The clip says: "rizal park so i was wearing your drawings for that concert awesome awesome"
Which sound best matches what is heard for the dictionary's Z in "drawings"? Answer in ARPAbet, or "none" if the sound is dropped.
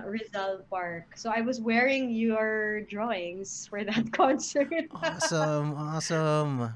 S